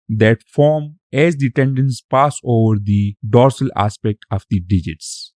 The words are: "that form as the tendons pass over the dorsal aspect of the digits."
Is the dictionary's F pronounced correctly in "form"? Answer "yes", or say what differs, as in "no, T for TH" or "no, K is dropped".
yes